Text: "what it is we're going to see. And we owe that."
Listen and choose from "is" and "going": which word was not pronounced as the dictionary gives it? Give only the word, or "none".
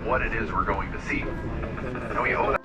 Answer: none